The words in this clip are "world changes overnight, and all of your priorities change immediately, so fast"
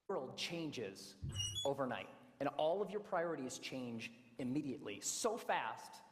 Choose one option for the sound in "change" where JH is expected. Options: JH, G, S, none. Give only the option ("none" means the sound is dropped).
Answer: JH